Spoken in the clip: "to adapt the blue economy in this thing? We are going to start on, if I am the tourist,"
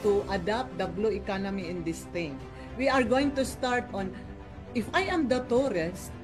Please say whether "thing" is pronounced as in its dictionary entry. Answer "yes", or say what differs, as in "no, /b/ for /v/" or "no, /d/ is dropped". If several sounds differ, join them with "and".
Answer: no, /t/ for /θ/